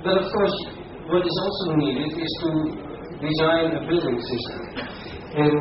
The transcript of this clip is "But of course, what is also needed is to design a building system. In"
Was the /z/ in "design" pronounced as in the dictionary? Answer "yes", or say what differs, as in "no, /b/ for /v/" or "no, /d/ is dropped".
yes